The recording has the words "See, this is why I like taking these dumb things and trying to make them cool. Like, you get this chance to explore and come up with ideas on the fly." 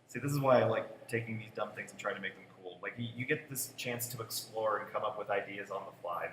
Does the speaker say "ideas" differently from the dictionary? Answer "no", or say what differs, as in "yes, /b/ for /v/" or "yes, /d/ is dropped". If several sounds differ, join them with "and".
no